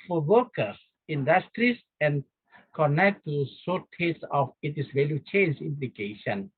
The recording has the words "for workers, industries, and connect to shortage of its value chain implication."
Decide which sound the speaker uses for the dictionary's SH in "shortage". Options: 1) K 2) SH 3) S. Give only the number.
3